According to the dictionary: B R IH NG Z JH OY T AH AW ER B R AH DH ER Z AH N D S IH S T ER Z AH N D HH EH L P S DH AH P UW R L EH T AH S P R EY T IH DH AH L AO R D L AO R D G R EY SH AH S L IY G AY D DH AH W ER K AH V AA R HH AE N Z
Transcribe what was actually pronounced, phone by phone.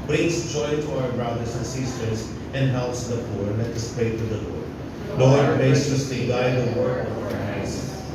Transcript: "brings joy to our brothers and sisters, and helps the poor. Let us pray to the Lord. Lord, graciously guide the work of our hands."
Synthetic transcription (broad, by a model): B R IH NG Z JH OY T AH AW ER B R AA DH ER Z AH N S IH S T ER Z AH N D HH EH L P S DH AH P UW R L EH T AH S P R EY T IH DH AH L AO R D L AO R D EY S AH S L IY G AY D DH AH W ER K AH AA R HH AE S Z